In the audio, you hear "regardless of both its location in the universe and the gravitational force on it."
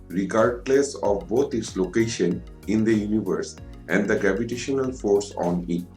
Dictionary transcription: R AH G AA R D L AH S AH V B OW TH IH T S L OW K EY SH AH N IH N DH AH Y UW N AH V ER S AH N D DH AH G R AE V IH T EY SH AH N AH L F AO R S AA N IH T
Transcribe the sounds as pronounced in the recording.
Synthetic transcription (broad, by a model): R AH G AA R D L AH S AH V B OW T IH T S L OW K EY SH AH N IH N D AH Y UW N AH V ER S AH N D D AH G R AE V IH T EY SH AH N AH L F AO R S AA N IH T